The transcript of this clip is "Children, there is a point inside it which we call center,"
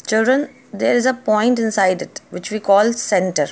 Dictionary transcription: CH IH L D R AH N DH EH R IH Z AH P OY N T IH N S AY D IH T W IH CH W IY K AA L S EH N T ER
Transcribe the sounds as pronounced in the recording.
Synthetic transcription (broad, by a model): CH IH L D R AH N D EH R IH Z AH P OY N T IH N S AY D IH T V IH CH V IY K AA L S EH N T ER